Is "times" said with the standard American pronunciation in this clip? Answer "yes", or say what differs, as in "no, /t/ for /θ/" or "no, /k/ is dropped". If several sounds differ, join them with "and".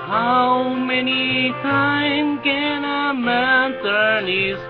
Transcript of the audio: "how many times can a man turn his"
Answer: no, /z/ is dropped